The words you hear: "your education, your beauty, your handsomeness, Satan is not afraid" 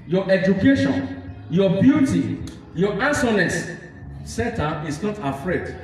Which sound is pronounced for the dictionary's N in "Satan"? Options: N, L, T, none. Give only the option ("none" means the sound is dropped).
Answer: none